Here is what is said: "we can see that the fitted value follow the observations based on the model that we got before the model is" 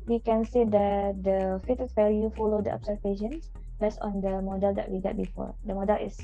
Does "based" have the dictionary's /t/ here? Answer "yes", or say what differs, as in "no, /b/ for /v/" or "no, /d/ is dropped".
no, /t/ is dropped